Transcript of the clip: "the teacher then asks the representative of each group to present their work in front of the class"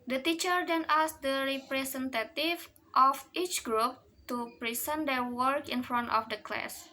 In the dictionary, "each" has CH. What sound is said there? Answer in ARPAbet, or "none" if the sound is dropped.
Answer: CH